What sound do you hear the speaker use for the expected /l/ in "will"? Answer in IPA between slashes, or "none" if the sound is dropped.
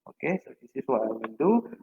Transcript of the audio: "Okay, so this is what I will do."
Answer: /n/